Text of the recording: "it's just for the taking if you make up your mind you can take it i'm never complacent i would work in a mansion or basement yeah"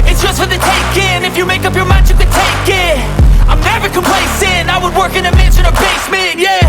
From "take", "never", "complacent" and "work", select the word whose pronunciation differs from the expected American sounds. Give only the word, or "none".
complacent